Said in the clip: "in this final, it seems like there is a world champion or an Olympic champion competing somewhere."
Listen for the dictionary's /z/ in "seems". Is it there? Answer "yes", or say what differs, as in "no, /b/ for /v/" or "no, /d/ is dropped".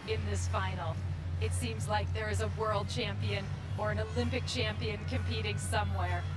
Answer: yes